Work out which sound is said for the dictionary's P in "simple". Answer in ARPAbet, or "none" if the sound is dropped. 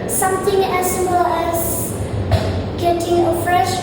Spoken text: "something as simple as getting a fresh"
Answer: none